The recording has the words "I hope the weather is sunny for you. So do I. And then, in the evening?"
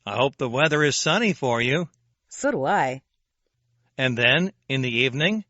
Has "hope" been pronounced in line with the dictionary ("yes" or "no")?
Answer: yes